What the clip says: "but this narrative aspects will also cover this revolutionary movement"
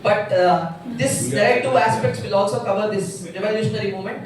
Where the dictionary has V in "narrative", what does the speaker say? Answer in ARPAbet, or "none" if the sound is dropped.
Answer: none